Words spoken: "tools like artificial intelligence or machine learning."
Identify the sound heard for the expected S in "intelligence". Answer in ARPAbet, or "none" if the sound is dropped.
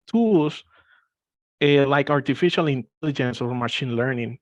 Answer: S